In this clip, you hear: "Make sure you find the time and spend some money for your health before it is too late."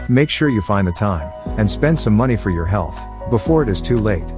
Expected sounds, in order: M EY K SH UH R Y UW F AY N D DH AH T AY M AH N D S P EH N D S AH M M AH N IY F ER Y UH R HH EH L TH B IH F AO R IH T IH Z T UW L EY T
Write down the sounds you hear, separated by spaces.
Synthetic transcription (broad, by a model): M EY K SH UH R Y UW F AY N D DH AH T AY M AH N S P EH N D S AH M M AH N IY F ER Y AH R HH EH L TH B IH F AO R IH T IH Z T UW L EY T